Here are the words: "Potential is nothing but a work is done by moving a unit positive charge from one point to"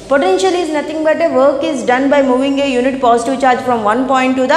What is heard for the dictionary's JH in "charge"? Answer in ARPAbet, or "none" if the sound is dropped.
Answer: JH